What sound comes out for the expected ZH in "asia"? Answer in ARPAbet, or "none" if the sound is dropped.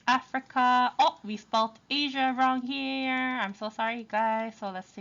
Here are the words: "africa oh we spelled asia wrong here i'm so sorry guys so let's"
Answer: ZH